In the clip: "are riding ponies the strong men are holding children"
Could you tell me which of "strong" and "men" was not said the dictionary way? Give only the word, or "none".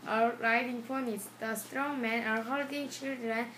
none